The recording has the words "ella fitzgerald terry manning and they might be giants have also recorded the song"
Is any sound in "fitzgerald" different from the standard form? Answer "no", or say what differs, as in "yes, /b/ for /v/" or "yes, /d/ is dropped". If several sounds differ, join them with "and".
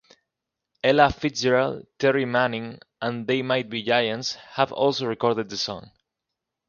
yes, /s/ is dropped